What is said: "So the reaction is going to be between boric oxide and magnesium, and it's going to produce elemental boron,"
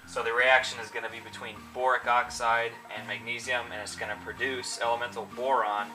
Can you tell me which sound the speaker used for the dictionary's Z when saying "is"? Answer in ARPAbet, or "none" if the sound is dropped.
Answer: Z